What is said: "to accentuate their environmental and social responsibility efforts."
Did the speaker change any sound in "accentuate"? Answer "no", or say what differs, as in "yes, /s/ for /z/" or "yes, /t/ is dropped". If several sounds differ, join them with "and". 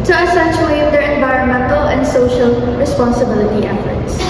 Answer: yes, /k/ is dropped and /ʃ/ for /tʃ/